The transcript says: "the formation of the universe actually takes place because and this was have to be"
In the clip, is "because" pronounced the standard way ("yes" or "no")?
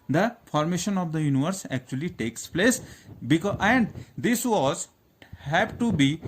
no